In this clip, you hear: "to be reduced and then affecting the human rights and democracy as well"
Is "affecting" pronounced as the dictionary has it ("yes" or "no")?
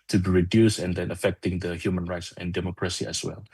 yes